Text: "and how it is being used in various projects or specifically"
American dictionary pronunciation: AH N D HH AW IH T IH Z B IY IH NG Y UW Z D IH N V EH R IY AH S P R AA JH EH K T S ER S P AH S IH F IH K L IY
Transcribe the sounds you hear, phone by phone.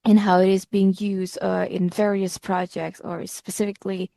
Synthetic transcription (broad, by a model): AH N HH AW IH T IH Z B IY IH NG Y UW Z D IH N V EH R IY AH S P R AA JH EH K T S ER S P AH S IH F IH K L IY